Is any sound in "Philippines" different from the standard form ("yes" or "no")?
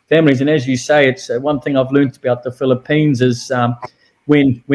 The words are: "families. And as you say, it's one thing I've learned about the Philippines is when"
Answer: no